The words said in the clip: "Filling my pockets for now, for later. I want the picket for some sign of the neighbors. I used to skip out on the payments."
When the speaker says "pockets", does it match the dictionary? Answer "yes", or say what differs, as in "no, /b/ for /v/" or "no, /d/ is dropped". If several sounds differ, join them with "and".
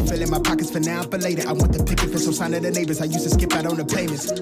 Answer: yes